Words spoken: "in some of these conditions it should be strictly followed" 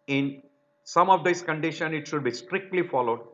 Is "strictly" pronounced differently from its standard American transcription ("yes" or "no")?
no